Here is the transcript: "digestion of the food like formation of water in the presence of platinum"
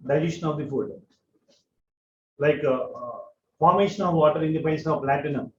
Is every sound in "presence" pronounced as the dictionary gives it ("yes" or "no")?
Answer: no